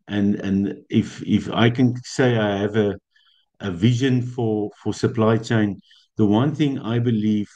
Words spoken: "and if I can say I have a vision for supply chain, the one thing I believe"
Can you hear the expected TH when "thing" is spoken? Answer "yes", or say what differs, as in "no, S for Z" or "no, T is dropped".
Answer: yes